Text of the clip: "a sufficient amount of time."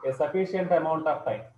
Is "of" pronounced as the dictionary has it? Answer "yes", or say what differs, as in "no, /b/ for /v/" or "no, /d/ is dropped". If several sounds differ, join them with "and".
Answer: no, /p/ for /v/